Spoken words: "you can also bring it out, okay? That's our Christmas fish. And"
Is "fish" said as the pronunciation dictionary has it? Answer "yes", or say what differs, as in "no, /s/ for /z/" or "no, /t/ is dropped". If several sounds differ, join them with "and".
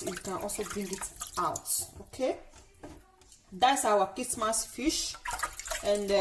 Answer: yes